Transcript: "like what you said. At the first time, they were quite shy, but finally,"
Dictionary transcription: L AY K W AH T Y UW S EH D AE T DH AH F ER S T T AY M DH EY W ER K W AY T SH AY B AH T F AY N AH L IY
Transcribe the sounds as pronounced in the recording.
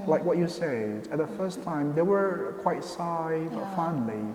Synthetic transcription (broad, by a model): L AY K W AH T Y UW S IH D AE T DH AH F ER S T T AY M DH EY W ER K W AY T S AY B AH T F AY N L IY